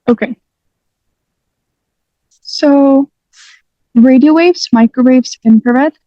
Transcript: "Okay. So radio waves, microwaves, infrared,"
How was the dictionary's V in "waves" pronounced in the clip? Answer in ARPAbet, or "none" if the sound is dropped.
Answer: V